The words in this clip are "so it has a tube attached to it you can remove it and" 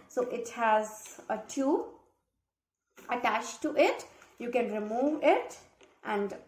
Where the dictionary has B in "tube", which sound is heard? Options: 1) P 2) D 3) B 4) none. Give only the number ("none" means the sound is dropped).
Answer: 4